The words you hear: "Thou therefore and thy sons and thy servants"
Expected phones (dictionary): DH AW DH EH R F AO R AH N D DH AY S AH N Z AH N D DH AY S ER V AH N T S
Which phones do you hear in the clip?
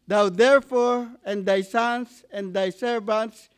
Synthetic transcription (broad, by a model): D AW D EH R F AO R AH N D AY S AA N S AH N D AY S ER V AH N T S